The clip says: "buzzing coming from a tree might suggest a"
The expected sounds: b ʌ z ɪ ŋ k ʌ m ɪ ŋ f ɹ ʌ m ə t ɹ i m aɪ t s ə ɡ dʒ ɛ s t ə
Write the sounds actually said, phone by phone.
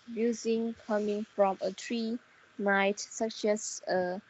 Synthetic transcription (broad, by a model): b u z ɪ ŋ k ʌ m ɪ ŋ f ɹ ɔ m ə t ɹ i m aɪ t s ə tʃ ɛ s ə